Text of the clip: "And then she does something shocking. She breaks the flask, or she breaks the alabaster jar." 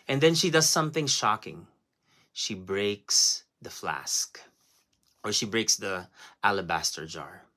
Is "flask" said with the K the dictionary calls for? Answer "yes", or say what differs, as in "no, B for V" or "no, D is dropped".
yes